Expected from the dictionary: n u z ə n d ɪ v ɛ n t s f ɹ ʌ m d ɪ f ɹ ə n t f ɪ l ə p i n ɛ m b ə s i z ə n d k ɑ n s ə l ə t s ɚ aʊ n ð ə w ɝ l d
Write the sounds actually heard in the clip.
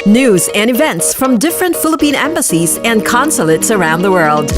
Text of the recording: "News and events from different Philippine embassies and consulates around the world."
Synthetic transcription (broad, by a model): n u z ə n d ɪ v ɛ n t s f ɹ ʌ m d ɪ f ɹ ə n t f ɪ l ə p i n ɛ m b ə s i z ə n k ɑ n s ə l ə t s ɚ aʊ n ð ə w ɝ l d